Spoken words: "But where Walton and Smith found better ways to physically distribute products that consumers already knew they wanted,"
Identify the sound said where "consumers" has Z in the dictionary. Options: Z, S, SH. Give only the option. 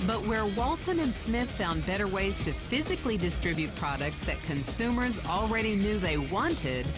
Z